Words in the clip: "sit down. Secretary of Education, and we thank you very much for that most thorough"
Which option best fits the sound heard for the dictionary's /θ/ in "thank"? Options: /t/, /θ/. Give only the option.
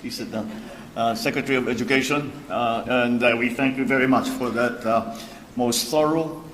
/θ/